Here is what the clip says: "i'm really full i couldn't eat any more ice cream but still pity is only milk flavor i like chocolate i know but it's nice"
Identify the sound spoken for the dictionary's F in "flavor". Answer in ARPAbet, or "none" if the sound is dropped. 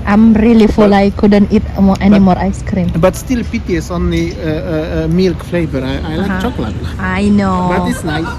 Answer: F